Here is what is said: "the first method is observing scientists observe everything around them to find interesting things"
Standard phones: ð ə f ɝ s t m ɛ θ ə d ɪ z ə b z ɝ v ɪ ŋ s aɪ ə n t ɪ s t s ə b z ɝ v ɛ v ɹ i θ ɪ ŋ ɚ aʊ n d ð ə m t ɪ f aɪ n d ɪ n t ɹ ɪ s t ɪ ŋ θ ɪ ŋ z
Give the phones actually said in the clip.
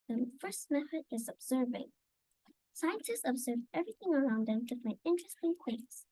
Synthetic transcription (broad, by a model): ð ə f ɝ s t m ɛ θ ə d ɪ z ə b z ɝ v ɪ ŋ s aɪ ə n t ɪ s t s ə b z ɝ v ɛ v ɹ i θ ɪ ŋ ɚ aʊ n d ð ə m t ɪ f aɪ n ɪ n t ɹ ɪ s t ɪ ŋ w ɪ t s